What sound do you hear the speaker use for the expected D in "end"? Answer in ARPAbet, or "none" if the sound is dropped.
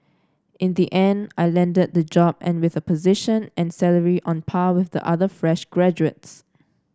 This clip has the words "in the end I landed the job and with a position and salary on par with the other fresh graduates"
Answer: D